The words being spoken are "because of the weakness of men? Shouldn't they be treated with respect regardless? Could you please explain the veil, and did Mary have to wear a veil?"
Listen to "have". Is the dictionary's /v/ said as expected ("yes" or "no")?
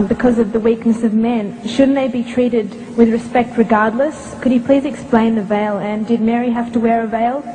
no